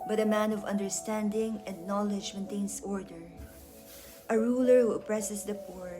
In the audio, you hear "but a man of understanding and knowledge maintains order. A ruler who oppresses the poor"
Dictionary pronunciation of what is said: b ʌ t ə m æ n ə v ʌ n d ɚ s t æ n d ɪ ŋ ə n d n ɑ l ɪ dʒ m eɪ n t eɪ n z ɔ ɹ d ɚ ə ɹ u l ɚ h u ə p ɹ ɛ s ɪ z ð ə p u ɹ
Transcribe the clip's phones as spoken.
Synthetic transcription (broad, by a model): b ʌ t ə m æ n ə v ʌ n d ɚ s t æ n d ɪ ŋ ə n d n ɑ l ɪ dʒ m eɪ n t eɪ n s ɔ ɹ d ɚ ə ɹ u l ɚ h u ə p ɹ ɛ s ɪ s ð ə p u ɹ